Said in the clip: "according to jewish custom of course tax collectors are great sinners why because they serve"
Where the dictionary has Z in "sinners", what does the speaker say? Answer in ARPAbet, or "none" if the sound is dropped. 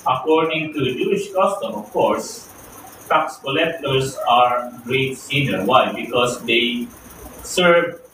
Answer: none